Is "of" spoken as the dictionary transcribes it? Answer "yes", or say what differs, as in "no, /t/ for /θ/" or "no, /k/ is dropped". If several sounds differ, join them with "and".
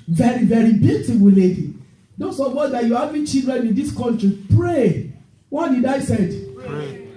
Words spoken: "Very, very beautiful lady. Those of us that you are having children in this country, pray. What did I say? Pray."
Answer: no, /p/ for /v/